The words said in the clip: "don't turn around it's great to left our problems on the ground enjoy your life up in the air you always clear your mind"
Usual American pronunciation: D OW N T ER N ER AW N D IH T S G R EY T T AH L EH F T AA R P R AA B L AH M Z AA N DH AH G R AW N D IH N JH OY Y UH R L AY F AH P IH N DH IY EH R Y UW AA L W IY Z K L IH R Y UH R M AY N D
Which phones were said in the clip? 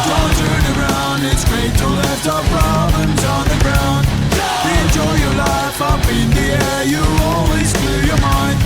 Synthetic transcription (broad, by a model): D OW T ER N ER AW N D IH T S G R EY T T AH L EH T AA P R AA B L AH M Z N DH AH G R AW N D IH N JH OY Y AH R L AY F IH B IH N DH IY EH R Y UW AA L W IY Z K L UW Y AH R M AY N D